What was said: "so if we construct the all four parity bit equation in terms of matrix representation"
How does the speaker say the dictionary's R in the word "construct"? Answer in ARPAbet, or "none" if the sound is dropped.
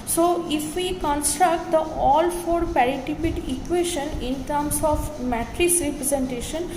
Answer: R